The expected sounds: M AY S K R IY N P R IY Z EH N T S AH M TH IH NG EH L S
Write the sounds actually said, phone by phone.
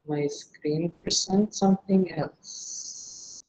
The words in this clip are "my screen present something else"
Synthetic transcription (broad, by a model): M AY S K R IY N P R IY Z EH N T S AH M TH IH NG EH L S